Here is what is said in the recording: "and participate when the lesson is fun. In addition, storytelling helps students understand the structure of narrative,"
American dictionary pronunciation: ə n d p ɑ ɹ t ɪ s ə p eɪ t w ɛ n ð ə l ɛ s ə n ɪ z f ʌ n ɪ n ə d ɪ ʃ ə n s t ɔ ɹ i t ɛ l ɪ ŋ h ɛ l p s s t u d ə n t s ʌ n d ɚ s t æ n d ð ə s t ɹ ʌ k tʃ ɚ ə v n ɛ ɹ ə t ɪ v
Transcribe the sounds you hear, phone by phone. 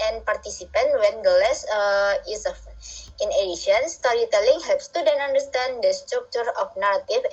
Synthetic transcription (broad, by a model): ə n p ɑ ɹ t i s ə p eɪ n w ɛ n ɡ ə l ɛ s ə ɪ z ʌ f ɪ n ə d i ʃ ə n s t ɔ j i t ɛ l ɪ ŋ h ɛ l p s s t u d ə n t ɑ n d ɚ s t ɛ n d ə s t ɹ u k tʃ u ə f n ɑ ɹ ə t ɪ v